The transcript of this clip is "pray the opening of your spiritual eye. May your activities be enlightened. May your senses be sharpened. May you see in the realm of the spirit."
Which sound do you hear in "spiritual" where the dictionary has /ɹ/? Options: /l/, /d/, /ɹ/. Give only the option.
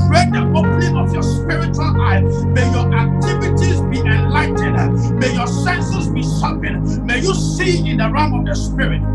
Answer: /ɹ/